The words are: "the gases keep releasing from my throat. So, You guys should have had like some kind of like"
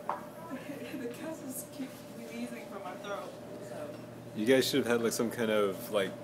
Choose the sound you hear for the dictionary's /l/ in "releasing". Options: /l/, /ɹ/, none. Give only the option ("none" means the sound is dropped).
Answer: none